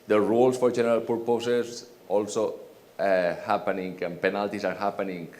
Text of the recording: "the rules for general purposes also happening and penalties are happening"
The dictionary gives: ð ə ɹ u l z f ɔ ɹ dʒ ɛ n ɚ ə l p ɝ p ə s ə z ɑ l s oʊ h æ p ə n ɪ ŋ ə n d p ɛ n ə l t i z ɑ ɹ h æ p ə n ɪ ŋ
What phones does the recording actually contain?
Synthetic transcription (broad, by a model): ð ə ɹ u l s f ɔ ɹ dʒ ɛ n ɚ ə l p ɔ p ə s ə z ɑ l s oʊ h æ p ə n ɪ ŋ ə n p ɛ n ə l t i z ɑ ɹ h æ p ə n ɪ ŋ